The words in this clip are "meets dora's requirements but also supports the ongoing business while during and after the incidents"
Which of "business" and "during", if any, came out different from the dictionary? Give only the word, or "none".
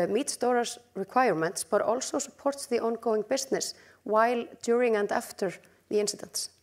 business